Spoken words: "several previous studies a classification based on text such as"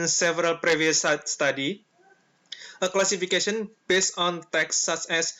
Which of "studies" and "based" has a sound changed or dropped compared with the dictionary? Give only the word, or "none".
studies